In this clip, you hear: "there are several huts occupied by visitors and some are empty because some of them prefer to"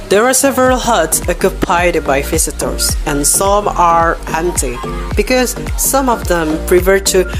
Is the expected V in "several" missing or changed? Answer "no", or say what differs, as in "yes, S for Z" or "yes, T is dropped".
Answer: no